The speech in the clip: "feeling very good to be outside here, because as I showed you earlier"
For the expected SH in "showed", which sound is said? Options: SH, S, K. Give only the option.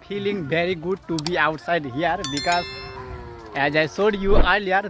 S